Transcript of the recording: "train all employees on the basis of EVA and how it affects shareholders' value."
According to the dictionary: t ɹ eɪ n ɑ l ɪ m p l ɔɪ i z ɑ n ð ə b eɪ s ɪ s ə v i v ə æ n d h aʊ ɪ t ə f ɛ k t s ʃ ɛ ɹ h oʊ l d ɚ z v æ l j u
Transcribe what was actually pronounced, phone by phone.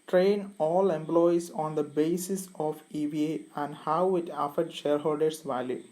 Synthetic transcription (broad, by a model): t ɹ eɪ n ɑ l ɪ m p l ɔɪ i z ɑ n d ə b eɪ s ɪ s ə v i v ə æ n d h aʊ ɪ t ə f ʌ t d ʃ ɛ ɹ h oʊ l d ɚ s v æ l j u